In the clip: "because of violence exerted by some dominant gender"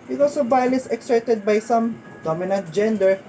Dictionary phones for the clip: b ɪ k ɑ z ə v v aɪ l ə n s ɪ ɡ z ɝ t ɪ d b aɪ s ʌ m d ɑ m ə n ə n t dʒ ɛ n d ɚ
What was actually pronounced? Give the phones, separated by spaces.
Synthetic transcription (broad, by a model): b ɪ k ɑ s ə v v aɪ l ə s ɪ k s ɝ t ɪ d b aɪ s ʌ m d ɑ m ə n ə n t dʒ ɛ n d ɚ